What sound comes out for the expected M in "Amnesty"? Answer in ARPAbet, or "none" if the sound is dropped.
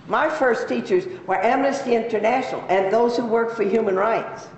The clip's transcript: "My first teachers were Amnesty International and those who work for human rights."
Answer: M